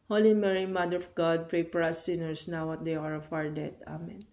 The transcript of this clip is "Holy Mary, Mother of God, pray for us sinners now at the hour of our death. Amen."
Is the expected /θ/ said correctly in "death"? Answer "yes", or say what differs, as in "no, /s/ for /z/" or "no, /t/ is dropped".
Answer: no, /t/ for /θ/